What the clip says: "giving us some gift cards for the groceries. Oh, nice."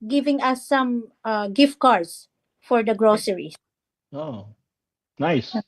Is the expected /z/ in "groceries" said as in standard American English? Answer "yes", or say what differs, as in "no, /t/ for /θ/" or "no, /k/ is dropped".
no, /z/ is dropped